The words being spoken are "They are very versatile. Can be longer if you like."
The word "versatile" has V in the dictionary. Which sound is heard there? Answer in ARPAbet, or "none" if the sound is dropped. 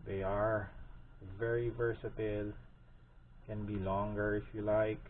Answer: V